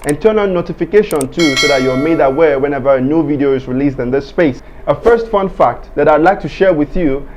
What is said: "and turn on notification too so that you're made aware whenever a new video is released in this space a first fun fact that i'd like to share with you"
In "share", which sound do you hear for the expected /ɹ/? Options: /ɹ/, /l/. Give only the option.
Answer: /ɹ/